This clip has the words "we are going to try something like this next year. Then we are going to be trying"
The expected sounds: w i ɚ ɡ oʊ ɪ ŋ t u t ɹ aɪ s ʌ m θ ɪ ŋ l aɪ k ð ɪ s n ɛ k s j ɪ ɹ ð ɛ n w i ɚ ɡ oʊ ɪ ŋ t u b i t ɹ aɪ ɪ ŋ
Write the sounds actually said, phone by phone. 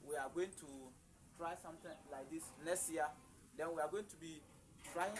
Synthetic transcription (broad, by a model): w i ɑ ɡ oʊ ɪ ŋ t u t ɹ aɪ s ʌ m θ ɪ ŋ l aɪ k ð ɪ s n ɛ s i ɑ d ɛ n w i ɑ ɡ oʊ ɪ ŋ t u b i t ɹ aɪ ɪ